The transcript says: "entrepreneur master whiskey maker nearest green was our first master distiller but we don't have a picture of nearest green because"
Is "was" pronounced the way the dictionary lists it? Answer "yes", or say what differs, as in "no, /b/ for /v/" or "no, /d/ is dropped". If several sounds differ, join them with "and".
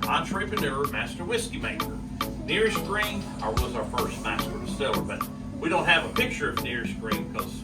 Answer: yes